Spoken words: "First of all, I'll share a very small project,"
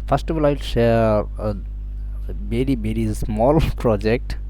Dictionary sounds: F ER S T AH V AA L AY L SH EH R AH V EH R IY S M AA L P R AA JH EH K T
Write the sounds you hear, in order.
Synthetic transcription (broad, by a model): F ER S T AH V AA L AY L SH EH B AH B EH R IY S M AA L P R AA JH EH K T